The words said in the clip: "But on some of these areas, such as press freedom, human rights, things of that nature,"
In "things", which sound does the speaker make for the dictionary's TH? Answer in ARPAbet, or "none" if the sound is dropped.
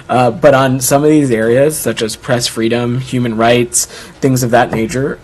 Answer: TH